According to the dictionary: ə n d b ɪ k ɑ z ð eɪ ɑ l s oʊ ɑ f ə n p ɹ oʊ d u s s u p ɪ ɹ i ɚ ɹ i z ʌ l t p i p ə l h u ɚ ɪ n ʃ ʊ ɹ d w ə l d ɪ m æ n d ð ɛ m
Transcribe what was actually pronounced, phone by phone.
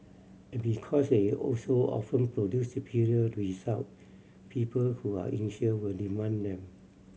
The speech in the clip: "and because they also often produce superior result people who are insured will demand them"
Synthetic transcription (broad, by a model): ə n b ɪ k ɑ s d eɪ ɑ l s oʊ ɑ f ə n p ɹ oʊ d u s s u p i ɹ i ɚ w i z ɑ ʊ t p i p ə l h u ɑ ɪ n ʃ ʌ w ə l d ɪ m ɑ n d ɛ m